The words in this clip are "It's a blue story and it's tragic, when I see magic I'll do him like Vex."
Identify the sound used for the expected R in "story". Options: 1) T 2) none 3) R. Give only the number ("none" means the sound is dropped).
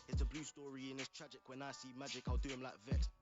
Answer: 3